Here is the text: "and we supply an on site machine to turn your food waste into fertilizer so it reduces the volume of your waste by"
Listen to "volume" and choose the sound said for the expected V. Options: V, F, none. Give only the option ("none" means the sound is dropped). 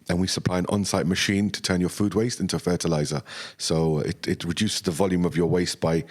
V